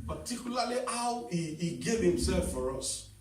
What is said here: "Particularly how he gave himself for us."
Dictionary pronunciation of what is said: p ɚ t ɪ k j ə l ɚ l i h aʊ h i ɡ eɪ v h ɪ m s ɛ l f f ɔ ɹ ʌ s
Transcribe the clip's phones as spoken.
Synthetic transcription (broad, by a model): p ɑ t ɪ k j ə l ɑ l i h aʊ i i ɡ eɪ v h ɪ m s ɛ l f f ɔ ɹ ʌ s